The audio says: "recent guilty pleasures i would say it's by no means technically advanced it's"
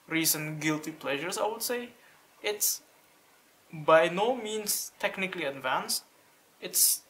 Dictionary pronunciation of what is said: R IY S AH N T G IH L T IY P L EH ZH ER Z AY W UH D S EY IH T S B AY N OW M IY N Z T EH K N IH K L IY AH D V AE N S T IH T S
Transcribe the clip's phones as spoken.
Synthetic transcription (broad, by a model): R IY S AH N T G IH L T IY P L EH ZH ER S AY W UH D S EY IH T S B AY N OW M IY N S T EH K N IH K L IY AH D V AE N S T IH T S